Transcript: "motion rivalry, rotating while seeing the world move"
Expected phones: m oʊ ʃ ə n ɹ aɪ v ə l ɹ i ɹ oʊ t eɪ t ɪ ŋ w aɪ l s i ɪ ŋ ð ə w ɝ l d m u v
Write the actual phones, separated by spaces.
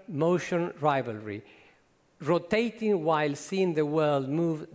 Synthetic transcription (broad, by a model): m oʊ ʃ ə n ɹ aɪ v ə l ɹ i ɹ oʊ t eɪ t ɪ ŋ w aɪ l s i ɪ ŋ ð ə w ɝ l d m u v